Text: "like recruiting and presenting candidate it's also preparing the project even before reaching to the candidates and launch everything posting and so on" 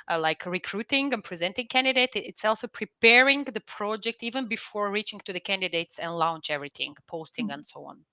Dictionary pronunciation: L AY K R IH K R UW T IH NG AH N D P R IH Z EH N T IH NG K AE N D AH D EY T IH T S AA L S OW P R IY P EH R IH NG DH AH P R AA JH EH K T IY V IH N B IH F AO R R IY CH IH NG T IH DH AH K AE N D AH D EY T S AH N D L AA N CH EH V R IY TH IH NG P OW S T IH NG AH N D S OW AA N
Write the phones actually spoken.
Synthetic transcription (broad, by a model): L AY K R IH K R UW T IH NG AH N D P R IH Z EH N T IH NG K AE N D AH D EY T IH T S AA L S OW P R IY P EH R IH NG DH AH P R AA JH EH K T IY V IH N B IH F AO R R IY CH IH NG T IH DH AH K AE N D AH D EY T S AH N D L AA N CH EH V R IY TH IH NG P OW S T IH NG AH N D S OW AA N